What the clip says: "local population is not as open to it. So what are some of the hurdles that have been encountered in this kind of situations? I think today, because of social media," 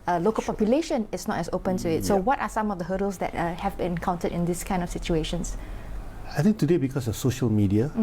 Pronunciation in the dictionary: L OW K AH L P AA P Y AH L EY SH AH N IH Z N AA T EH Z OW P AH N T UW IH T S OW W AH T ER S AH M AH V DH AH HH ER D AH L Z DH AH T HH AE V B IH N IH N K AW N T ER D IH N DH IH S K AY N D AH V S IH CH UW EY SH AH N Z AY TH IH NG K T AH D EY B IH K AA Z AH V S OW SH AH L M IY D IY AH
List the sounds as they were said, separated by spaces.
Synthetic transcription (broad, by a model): L OW K AH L P AA P Y AH L EY SH AH N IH S N AA T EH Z OW P AH N T UW IH T S OW W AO T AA S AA M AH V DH AH HH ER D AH L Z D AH T HH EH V B IH N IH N K AW N T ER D IH N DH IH S K AY N D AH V S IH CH UW EY SH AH N S AY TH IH NG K T AH D EY B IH K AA S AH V S OW SH AH L M IY D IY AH